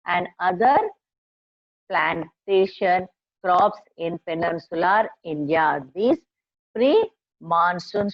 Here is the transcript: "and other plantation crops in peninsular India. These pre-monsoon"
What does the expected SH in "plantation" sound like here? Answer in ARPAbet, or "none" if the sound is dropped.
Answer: SH